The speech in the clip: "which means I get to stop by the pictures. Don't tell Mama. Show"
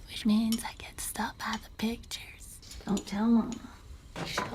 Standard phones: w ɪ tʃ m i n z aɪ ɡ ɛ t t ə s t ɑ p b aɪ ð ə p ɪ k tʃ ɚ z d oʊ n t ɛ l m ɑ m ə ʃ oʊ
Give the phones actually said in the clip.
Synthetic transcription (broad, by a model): w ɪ tʃ m i n z aɪ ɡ ɛ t t s t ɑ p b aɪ ð ə p ɪ k tʃ ɚ z d oʊ n t ɛ l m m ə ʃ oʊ